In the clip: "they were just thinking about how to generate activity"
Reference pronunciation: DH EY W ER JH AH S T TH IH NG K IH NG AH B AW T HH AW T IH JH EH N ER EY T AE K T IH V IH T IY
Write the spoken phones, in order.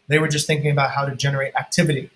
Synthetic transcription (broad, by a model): DH EY W ER JH AH S T TH IH NG K IH NG AH B AW T HH AW T IH JH EH N ER EY T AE K T IH V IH T IY